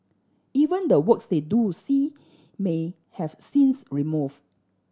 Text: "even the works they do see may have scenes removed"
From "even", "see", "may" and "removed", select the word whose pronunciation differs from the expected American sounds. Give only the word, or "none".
removed